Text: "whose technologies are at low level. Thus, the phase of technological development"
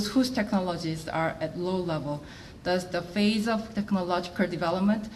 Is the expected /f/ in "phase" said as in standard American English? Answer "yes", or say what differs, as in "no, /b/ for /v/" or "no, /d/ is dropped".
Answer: yes